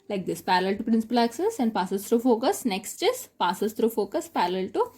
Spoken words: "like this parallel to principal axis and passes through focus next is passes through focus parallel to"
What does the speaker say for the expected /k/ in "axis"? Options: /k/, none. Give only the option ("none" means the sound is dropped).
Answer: /k/